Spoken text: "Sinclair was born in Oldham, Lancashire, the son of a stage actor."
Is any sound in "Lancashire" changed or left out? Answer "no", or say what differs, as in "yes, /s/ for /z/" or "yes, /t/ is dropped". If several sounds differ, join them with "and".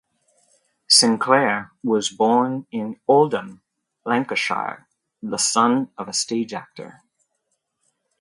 no